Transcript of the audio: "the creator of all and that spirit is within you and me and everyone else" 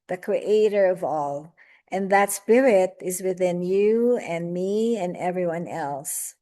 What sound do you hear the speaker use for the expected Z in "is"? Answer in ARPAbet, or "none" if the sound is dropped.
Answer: Z